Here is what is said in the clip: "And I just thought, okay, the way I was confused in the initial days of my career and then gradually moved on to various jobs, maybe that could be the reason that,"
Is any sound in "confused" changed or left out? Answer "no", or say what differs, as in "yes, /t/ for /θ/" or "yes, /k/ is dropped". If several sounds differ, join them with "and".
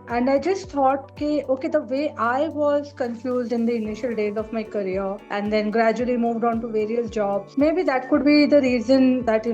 no